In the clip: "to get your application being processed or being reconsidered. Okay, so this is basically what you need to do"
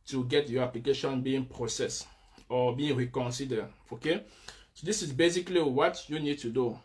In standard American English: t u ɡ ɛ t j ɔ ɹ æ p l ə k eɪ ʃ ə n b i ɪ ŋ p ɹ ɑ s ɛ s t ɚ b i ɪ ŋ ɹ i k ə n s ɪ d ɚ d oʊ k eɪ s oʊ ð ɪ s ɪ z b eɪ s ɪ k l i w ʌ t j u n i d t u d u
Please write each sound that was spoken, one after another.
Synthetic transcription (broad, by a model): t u ɡ ɛ t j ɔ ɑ p l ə k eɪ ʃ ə n b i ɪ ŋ p ɹ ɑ s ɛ s ɔ b i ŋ ɹ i k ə n s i d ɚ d oʊ k eɪ s oʊ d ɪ s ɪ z b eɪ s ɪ k l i w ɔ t j u n i d t u d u